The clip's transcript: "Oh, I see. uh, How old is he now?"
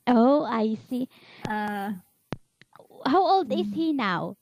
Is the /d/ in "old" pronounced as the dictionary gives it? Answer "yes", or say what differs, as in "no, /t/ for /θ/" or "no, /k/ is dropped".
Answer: yes